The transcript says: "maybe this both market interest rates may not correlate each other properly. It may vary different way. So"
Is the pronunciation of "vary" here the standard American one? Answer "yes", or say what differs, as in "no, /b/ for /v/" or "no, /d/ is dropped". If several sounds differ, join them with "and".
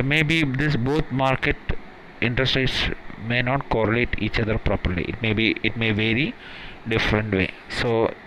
yes